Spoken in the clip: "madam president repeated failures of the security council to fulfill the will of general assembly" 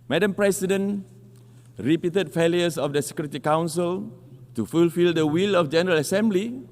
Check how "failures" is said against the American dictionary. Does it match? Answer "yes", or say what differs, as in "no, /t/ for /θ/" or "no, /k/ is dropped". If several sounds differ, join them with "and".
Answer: no, /s/ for /z/